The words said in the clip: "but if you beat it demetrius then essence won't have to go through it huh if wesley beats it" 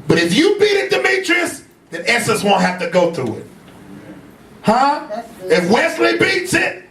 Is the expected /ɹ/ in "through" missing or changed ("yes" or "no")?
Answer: yes